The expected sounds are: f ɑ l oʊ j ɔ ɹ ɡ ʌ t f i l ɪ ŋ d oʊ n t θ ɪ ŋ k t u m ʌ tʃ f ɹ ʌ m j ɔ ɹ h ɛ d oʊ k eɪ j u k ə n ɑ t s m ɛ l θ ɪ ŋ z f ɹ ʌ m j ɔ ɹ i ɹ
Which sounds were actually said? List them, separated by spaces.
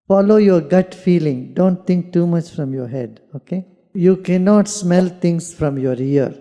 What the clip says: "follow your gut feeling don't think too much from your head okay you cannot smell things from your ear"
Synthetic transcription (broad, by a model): f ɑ l oʊ j ɔ ɹ ɡ ʌ t f i l ɪ ŋ d oʊ n t t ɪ ŋ k t u m ʌ tʃ f ɹ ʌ m j ɔ ɹ h ɛ d oʊ k eɪ j u k ə n ɑ t s m ɛ l t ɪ ŋ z f ɹ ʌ m j ɔ ɹ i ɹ